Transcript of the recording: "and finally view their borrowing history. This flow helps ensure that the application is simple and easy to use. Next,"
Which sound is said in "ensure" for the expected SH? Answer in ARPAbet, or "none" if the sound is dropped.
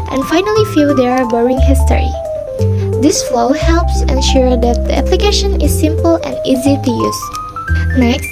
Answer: SH